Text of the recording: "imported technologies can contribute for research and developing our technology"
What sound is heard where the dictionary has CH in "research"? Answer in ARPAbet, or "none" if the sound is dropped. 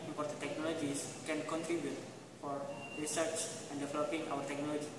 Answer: CH